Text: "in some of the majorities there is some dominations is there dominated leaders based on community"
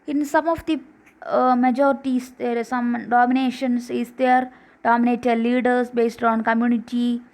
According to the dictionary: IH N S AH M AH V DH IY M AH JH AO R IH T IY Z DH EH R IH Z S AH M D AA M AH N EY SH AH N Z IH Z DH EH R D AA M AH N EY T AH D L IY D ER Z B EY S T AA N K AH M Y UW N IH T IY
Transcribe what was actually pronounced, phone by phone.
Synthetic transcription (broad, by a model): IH N S AH M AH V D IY M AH JH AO R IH T IY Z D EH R S AH M D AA M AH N EY SH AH N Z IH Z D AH R D AA M AH N EY T AH D L IY D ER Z B EY S T AA N K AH M Y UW N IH T IY